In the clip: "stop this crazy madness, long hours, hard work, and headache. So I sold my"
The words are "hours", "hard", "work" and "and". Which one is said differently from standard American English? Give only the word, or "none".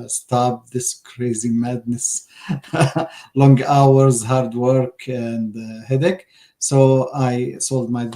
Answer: none